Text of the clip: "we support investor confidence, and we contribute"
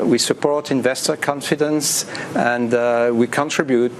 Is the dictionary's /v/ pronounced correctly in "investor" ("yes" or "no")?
yes